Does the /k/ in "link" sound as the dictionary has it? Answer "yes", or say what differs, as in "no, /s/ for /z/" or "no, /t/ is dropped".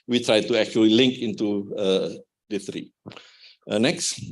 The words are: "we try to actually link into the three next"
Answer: yes